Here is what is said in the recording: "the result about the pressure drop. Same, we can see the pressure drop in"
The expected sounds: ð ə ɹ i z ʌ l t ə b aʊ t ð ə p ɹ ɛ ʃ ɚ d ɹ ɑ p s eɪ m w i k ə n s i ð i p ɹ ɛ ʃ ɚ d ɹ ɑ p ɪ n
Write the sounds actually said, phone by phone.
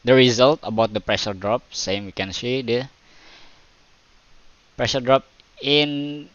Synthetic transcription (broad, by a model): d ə ɹ i z ʌ l t ə b aʊ t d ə p ɹ ɛ ʃ ɚ d ɹ ɑ p s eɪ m w i k ə n s i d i p ɹ ɛ ʃ ɚ d ɹ ɑ p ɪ n